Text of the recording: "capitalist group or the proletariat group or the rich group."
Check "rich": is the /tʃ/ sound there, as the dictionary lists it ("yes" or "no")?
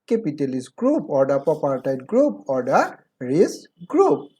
no